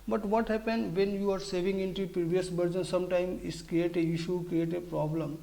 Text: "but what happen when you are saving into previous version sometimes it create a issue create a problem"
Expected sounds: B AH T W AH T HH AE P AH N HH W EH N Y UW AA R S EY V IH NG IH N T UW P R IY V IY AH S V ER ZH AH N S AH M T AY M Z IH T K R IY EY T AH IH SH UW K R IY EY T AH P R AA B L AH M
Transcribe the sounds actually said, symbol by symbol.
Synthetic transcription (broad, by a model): B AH T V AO T HH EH P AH N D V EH N Y UW AA R S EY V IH NG IH N T UW P R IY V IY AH S B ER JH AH N S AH M T AY M IH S K R IY EY T AH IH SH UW K R IY EY T AH P R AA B L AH M